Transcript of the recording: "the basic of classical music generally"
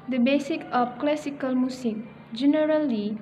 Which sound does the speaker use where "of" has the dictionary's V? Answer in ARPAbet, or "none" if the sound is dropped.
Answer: P